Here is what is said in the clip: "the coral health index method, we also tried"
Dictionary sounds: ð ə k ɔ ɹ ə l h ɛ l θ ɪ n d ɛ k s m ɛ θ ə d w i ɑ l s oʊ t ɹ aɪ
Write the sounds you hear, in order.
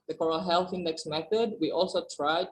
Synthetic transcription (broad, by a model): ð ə k ɔ ɹ ə l h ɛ l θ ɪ n d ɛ k s m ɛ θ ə d w i ɑ l s oʊ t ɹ aɪ